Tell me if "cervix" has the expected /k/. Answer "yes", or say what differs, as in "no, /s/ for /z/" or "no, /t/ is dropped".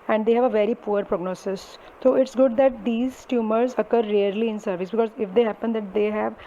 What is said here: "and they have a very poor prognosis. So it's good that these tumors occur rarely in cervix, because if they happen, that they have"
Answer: no, /k/ is dropped